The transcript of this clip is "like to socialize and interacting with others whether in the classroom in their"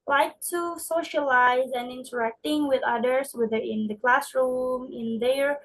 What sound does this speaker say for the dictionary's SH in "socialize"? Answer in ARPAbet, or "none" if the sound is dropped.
SH